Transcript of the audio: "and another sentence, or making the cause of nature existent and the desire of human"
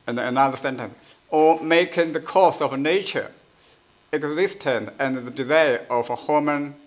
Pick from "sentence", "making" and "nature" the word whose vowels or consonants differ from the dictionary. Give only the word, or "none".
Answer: none